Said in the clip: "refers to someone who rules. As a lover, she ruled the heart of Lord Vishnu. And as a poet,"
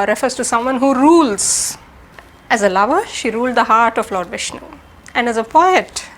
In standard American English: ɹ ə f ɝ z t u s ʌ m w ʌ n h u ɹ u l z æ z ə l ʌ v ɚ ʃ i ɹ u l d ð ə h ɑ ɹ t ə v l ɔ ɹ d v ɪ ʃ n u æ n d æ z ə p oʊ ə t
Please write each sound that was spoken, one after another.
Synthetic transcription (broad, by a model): ɹ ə f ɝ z t u s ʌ m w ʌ n h u ɹ u l z æ z ə l ʌ v ɚ ʃ i ɹ u l d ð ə h ɑ ɹ t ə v l ɔ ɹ d v ɪ ʃ n u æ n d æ z ə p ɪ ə t